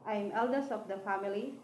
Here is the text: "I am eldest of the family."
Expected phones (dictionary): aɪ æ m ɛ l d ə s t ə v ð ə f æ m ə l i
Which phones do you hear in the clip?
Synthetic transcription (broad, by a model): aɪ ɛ m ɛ l d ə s ə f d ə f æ m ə l i